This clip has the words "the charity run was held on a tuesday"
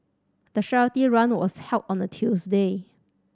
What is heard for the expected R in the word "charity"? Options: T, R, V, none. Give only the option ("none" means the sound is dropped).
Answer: none